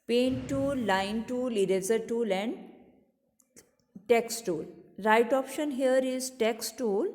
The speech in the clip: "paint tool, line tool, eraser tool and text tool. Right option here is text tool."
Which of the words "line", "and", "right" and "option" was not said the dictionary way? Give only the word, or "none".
none